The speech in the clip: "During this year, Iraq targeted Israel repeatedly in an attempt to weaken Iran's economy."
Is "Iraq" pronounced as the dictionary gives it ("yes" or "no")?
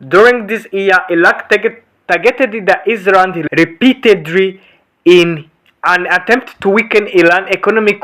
no